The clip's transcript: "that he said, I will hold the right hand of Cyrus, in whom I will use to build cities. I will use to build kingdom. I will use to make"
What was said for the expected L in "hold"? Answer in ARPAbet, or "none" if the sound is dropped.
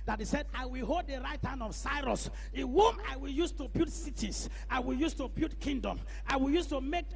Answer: L